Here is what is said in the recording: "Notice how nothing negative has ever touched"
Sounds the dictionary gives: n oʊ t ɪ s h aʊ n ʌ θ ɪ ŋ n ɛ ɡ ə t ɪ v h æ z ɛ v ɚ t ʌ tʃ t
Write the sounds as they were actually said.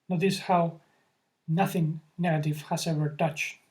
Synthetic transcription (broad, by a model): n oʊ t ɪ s h aʊ n ʌ θ ɪ ŋ n ɛ ɡ ə t ɪ v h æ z ɛ v ɚ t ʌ tʃ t